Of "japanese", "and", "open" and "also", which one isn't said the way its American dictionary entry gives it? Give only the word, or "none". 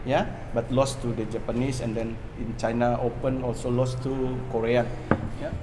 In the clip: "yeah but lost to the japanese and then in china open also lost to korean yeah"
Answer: japanese